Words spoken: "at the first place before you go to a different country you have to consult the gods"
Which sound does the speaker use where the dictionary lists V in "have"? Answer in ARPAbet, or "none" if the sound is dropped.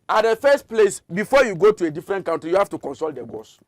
F